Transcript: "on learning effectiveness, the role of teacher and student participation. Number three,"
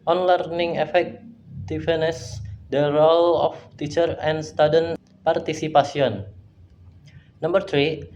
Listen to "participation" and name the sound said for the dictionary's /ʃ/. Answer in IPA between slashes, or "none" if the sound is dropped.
/s/